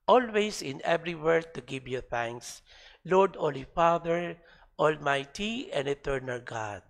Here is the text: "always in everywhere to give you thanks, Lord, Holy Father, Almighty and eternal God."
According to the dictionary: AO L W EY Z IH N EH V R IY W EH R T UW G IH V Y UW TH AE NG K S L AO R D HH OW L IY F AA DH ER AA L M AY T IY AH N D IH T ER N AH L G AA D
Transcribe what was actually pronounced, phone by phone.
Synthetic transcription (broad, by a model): AO L W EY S IH N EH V R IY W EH R T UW G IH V Y UW TH AE NG K S L AO R D OW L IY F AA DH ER AA L M AY T IY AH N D IH T ER N AH L G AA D